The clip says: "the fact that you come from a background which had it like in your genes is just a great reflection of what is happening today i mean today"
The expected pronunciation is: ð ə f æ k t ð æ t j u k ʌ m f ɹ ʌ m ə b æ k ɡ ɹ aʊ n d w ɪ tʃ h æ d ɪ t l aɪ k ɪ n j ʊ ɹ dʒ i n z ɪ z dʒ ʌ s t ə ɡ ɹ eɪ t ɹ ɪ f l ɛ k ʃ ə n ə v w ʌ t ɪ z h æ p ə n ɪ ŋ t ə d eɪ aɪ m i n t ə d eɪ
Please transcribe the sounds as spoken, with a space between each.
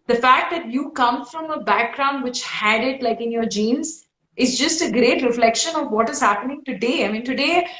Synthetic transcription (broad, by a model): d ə f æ k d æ t j u k ʌ m f ɹ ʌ m ə b æ k ɡ ɹ aʊ n d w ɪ tʃ h æ d ɪ t l aɪ k ɪ n j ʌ ɹ dʒ i n z ɪ z dʒ ʌ s t ə ɡ ɹ eɪ t ɹ ɪ f l ɛ k ʃ ə n ə v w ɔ t ɪ z h æ p ə n ɪ ŋ t ə d eɪ aɪ m i n t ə d eɪ